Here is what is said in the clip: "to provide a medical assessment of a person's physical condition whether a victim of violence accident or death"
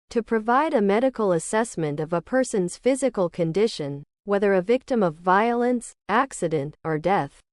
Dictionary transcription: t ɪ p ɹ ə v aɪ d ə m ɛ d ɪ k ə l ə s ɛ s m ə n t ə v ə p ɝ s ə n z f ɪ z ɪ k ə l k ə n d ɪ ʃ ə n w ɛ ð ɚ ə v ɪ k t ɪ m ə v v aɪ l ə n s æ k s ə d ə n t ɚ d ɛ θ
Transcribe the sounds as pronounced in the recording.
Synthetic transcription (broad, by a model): t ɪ p ɹ ə v aɪ d ə m ɛ d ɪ k l ə s ɛ s m ə n t ə v ə p ɝ s ə n z f ɪ z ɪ k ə l k ə n d ɪ ʃ ə n w ɛ ð ɚ ə v ɪ k t ɪ m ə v v aɪ l ə n s æ k s ə d ə n t ɚ d ɛ θ